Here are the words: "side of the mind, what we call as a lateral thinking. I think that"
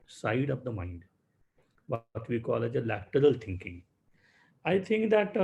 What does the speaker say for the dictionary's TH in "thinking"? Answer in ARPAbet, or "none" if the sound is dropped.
T